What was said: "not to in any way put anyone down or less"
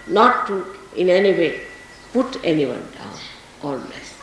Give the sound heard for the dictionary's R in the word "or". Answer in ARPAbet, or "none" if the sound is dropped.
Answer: L